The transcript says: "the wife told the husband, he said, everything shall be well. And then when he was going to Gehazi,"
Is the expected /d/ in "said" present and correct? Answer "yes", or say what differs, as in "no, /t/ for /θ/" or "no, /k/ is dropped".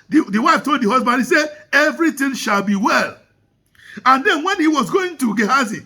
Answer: no, /d/ is dropped